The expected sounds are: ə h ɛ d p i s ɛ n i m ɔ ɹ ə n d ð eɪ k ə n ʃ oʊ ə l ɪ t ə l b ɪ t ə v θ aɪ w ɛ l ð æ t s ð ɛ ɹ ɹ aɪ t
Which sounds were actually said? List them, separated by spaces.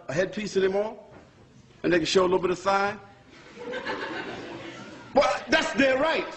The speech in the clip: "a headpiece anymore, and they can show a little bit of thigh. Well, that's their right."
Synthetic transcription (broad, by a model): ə h ɛ d p i s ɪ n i m ɔ l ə n ð eɪ k ə n ʃ oʊ ə l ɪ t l b ɪ t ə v θ aɪ w ɛ l ð æ t s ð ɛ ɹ ɹ aɪ t